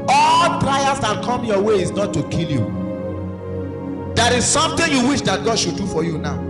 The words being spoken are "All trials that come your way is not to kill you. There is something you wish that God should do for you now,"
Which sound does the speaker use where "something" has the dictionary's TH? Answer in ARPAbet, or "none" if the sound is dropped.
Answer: T